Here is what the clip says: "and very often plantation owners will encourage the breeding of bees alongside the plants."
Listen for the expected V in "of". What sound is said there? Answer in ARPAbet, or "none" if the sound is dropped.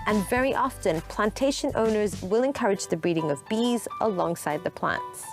V